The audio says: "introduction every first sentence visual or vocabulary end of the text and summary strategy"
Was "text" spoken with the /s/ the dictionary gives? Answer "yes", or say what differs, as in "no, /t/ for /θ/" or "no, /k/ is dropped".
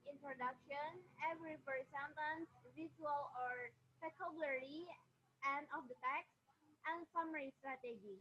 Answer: yes